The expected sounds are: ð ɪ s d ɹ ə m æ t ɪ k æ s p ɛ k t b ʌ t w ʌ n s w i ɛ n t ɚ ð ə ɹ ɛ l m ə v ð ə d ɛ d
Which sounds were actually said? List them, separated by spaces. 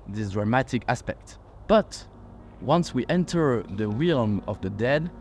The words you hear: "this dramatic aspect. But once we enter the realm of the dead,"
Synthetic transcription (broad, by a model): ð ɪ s d ɹ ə m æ t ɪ k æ s p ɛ k t b ʌ t w ʌ n s w i ɛ n t ɚ ð ə w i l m ə v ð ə d ɛ d